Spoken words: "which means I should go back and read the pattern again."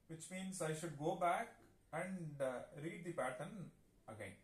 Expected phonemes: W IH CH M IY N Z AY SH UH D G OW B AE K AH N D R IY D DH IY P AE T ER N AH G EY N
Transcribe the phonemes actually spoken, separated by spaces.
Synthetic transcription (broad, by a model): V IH CH M IY N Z AY SH UH D G OW B AE K AH N D R IY D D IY P AE T ER N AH G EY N